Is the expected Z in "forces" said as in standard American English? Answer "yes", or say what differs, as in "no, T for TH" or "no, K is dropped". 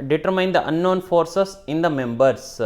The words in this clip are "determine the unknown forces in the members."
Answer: no, S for Z